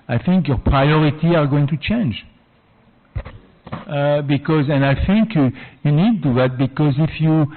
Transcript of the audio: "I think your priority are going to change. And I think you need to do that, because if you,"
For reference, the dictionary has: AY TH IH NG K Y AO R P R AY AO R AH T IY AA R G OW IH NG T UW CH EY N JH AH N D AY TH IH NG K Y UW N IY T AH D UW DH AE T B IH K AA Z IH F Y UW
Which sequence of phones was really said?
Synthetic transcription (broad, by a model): AY TH IH NG K Y AO R P R AY AO R AH T IY AA R G OW IH NG T UW CH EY N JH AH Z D AY TH IH NG K Y UW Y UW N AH D UW DH AE T B IH K AA Z IH F Y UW